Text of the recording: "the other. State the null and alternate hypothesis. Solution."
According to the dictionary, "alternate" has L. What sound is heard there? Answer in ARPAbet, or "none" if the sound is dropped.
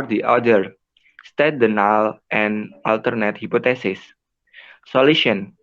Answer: L